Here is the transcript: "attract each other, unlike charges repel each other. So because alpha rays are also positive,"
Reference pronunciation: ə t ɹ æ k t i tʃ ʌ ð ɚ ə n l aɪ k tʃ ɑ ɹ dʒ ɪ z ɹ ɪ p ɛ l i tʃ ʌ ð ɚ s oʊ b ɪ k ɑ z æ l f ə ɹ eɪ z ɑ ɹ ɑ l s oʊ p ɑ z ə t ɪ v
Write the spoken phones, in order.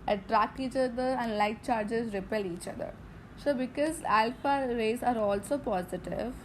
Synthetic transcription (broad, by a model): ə t ɹ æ k t i tʃ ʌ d ɚ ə n l aɪ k tʃ ɑ ɹ dʒ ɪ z ɹ ɪ p ɛ l i tʃ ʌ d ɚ s oʊ b ɪ k ɑ z æ l f ə ɹ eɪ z ɑ ɹ ɑ l s oʊ p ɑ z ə t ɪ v